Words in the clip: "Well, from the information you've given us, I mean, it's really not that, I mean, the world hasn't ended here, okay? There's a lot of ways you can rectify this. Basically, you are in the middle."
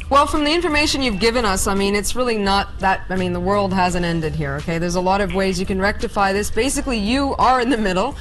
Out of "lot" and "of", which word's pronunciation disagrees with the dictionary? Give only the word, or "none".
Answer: none